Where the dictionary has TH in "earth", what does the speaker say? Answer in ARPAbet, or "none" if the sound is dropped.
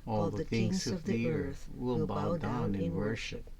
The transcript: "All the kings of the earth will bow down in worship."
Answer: TH